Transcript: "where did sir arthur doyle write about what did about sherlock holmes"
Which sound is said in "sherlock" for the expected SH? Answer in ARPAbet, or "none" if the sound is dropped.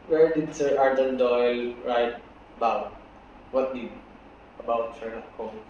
S